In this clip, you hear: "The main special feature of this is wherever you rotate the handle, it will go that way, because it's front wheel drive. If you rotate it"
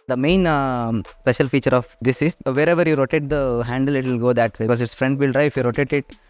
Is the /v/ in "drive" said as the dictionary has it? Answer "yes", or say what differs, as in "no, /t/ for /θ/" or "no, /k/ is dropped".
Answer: no, /v/ is dropped